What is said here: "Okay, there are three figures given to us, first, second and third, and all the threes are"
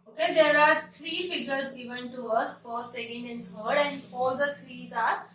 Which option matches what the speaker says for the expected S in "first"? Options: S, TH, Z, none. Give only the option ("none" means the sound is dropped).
none